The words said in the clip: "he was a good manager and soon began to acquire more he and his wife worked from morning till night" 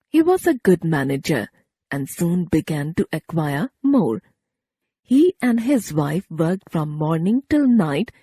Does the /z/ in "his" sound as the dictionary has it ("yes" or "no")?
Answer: yes